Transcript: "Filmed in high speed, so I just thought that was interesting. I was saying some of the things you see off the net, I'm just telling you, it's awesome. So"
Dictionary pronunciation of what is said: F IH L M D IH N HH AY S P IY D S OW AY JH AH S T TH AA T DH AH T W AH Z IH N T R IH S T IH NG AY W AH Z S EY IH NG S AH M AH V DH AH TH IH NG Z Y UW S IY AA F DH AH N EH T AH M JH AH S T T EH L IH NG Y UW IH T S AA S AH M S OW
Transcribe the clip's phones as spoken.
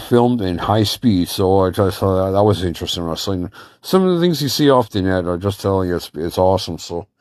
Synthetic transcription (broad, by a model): F IH L M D IH N HH AY S P IY D S OW AY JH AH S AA DH AH T W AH Z IH N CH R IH S T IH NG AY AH S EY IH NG S AH M AH V DH AH TH IH NG Z Y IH S IY AA F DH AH N EH T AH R JH AH S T T EH L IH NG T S IH T S AA S AH M S OW